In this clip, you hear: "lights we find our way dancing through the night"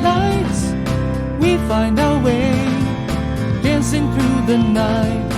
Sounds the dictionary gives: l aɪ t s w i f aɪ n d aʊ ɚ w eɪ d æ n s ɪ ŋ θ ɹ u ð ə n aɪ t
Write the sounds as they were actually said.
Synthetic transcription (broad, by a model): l aɪ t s w i f aɪ n d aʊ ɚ w eɪ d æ n s ɪ ŋ θ ɹ u ð ə n aɪ t